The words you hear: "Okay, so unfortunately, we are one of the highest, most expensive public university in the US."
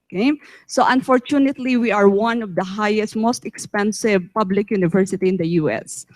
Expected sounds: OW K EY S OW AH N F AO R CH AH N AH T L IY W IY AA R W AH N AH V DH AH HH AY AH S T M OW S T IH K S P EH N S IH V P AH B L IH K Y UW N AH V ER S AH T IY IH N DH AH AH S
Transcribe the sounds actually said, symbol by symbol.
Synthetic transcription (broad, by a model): K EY S OW AH N F AO R CH AH N AH T L IY W IY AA R W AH N AH V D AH HH AY AH S T M OW S T IH K S P EH N S IH V P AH B L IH K Y UW N AH V ER S AH T IY IH N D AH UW S